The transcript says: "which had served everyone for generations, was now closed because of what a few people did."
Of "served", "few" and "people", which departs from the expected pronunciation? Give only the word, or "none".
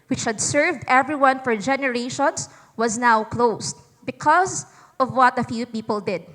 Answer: none